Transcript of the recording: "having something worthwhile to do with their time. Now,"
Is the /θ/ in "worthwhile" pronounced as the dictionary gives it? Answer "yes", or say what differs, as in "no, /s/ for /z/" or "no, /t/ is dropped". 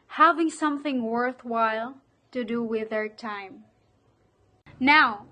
yes